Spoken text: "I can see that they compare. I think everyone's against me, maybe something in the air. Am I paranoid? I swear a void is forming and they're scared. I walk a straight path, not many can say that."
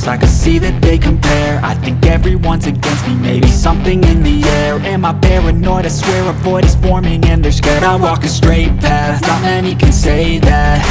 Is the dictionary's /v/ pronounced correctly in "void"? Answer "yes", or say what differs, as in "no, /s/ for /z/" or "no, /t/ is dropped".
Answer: no, /b/ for /v/